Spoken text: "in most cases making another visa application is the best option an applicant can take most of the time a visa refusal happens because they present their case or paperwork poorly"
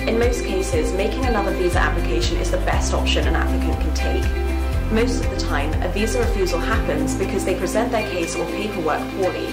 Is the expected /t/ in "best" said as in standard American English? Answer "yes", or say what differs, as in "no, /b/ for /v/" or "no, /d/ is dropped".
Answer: yes